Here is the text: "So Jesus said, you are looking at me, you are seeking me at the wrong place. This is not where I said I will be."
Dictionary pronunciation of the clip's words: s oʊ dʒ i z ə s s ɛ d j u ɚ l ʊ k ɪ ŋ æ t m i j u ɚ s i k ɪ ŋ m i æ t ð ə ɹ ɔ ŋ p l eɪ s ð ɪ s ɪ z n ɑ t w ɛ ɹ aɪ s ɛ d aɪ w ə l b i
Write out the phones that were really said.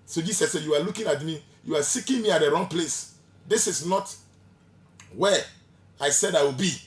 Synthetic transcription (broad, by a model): s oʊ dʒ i s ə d s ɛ j u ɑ l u k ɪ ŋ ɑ t m i j u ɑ s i k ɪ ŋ m i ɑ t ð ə ɹ ɔ ŋ p l eɪ s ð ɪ s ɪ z n ɑ t w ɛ aɪ s ɛ d aɪ w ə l b i